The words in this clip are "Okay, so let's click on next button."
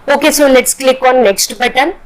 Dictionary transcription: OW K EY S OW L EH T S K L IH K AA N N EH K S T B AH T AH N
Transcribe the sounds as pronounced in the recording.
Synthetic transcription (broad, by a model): OW K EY S OW N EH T S K L IH K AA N N EH K S T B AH T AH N